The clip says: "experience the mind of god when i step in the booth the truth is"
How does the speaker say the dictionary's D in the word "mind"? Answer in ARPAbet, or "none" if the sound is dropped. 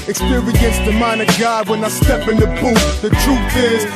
none